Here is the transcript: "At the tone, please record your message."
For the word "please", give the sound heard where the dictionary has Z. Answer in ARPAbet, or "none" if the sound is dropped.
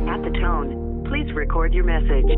Z